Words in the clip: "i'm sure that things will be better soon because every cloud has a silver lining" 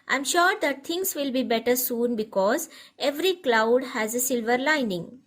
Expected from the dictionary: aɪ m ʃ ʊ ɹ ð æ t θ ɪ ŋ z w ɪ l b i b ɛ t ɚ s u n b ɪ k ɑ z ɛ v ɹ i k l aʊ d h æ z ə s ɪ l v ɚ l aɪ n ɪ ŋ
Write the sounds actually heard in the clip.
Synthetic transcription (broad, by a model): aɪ m ʃ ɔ ɹ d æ t t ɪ ŋ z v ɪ l b i b ɛ t ɚ s u n b ɪ k ɑ z ɛ v ɹ i k l aʊ d h æ z ə s ɪ l v ɚ l aɪ n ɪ ŋ